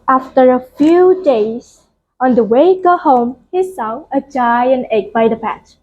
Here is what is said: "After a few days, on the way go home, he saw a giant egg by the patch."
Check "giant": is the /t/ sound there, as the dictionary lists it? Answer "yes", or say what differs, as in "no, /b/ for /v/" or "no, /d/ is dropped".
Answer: no, /t/ is dropped